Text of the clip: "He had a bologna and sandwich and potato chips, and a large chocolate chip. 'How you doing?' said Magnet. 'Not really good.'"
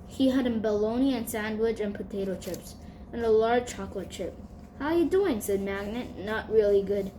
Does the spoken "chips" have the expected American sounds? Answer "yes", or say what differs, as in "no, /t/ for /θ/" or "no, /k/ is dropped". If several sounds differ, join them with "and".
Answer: yes